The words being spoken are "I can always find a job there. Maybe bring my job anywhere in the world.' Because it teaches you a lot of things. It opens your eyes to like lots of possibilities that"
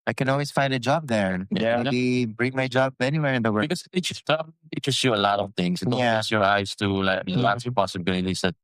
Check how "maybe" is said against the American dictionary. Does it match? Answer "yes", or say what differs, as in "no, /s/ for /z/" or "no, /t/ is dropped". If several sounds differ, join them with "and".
no, /b/ is dropped